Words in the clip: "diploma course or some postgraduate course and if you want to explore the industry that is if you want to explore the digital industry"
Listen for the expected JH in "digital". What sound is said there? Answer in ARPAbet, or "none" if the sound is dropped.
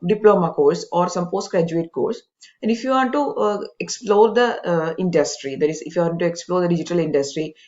JH